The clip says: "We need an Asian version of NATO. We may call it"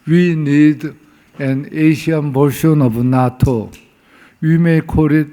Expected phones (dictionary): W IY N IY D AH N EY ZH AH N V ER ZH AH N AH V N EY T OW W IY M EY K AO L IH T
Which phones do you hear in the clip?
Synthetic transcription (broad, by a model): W IY N IY D AH N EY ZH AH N B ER SH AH N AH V N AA T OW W IY M EY K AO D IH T